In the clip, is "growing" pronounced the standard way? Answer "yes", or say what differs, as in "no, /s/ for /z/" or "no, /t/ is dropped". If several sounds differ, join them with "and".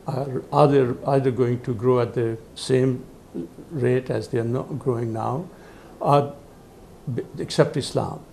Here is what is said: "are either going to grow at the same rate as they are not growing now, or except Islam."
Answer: yes